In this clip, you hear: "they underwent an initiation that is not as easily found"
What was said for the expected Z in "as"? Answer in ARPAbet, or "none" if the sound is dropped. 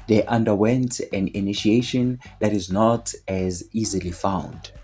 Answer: Z